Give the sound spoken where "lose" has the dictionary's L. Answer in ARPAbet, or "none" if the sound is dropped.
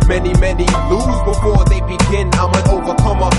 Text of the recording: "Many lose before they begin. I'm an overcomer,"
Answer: N